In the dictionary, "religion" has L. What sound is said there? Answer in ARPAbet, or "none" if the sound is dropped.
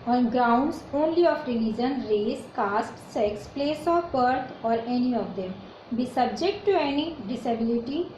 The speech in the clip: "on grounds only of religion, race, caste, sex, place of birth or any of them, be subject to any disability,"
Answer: N